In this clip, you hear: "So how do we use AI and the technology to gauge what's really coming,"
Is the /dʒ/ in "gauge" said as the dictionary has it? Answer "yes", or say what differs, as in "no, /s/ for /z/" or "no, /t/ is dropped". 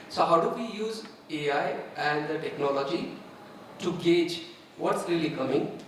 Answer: yes